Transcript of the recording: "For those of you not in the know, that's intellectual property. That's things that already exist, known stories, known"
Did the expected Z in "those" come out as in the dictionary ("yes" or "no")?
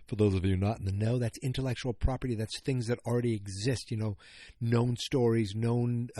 yes